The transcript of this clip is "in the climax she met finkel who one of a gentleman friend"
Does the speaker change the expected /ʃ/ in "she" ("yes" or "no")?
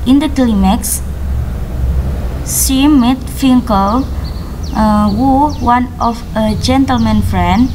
yes